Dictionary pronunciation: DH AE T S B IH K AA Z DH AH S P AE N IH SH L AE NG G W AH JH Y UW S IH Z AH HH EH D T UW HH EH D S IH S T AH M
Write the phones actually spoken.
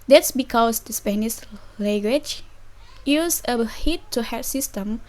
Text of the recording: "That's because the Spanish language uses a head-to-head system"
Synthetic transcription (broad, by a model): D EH T S B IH K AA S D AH S P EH N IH S L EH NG G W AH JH Y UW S AH HH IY T UW HH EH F S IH S T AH M